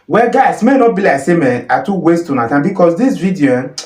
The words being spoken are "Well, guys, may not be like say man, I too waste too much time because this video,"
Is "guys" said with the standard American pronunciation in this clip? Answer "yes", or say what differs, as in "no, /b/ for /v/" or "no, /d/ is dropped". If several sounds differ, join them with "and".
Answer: no, /s/ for /z/